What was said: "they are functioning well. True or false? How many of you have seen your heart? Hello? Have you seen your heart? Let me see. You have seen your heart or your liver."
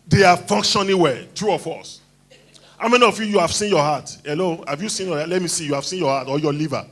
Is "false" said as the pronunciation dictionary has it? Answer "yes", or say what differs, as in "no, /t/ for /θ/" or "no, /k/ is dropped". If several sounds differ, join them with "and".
no, /l/ is dropped